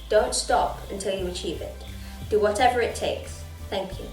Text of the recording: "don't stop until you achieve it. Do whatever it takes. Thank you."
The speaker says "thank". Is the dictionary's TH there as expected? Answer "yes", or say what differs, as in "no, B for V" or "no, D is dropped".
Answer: yes